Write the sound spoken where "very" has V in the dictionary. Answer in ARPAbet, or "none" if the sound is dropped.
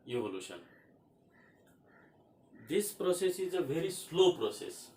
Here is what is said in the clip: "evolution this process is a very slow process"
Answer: B